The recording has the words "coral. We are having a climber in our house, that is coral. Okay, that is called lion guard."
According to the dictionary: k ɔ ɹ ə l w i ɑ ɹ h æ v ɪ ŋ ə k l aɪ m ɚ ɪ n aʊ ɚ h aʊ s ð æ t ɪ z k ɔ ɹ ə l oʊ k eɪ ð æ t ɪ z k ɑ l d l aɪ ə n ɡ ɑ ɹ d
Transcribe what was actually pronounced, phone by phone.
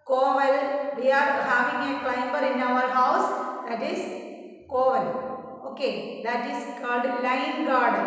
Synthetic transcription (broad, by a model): k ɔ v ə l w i ɑ ɹ h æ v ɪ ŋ ə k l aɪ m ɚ ɪ n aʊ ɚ h aʊ s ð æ t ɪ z k ɔ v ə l oʊ k eɪ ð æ t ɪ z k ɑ d l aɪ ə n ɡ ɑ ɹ d